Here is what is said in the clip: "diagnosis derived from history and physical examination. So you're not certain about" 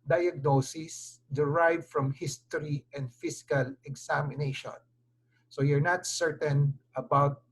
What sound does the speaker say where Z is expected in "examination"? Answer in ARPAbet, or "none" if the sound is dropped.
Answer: S